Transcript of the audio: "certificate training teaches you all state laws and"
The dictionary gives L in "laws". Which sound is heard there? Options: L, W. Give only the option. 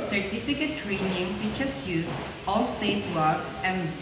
W